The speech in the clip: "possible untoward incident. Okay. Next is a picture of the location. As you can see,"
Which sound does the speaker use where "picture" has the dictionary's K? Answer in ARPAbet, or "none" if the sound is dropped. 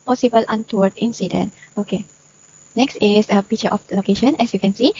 none